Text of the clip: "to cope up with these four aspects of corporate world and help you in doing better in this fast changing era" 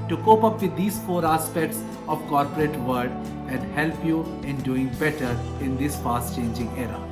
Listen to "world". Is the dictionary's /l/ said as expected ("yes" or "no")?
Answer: no